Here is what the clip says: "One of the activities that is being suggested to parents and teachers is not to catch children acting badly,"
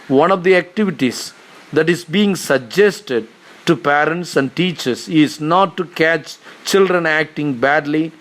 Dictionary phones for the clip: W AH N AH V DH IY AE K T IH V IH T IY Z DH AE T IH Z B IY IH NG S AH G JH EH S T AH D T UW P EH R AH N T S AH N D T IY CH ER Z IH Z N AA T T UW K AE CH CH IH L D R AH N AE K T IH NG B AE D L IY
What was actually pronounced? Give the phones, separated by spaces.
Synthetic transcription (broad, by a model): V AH N AH V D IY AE K T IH V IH T IY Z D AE T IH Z B IY IH NG S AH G JH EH S T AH D T UW P EH R AH N T S AH N D T IY CH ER S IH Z N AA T T UW K AE CH CH IH L D R AH N AE K T IH NG B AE D L IY